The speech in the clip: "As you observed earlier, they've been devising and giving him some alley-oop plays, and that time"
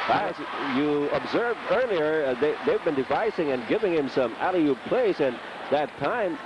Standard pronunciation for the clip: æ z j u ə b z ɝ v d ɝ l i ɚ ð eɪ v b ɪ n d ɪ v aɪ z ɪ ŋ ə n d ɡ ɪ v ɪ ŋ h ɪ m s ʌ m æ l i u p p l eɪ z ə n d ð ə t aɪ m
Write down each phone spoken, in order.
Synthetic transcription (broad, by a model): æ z j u ə b z ɝ v d ɝ l i ɚ ð eɪ v b ɪ n d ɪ v aɪ s ɪ ŋ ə n ɡ ɪ v ɪ ŋ h ɪ m s ʌ m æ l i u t p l eɪ s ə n ð ə t aɪ m